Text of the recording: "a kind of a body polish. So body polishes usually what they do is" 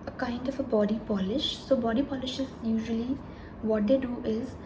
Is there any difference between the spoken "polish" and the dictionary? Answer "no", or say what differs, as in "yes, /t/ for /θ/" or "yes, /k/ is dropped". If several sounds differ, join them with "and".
no